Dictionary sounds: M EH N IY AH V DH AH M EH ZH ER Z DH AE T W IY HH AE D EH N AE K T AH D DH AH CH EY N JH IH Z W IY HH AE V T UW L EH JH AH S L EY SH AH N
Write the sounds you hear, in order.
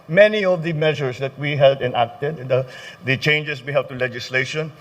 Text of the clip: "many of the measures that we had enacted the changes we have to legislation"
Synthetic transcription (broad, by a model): M EH N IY AH V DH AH M EH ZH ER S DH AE T W IY HH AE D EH N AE K T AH D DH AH CH EY N JH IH S W IY HH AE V T UW L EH JH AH S L EY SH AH N